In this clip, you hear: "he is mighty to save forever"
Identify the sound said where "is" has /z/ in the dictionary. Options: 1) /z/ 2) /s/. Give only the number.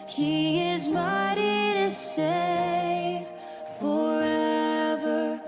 1